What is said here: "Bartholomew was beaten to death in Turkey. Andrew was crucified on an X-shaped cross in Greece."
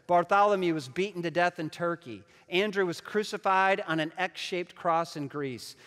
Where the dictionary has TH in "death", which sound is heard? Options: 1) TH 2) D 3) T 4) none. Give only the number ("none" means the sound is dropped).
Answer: 1